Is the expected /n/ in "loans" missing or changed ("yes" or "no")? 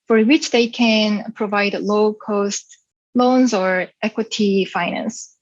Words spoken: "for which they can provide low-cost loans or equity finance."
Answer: no